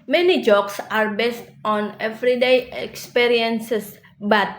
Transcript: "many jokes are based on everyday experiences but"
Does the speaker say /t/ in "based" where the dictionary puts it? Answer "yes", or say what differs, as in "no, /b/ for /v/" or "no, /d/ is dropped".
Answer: yes